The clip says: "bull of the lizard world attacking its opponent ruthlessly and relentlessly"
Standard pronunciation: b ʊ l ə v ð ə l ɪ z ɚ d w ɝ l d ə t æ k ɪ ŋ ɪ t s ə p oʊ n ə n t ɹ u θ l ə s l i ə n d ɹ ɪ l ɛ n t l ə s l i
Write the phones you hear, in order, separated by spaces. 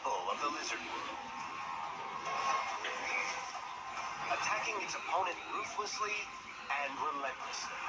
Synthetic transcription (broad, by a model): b l ə v ð ə l ɪ z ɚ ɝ d ə t æ k ɪ ŋ ɪ t s ə p oʊ n ə n t ɹ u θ l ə s l i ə n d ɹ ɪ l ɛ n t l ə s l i